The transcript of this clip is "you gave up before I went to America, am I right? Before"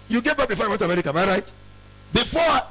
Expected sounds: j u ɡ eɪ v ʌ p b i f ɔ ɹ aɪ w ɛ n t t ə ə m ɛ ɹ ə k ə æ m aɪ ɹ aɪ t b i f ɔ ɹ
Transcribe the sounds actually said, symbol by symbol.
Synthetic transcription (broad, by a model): j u ɡ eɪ b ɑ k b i f ɔ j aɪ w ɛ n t t ə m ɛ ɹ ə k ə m aɪ ɹ aɪ t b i f ɔ